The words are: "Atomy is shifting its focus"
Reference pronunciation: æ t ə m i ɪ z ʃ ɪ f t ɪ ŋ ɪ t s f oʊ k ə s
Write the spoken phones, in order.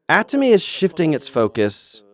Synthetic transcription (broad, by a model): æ t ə m i ɪ z ʃ ɪ f t ɪ ŋ ɪ t s f oʊ k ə s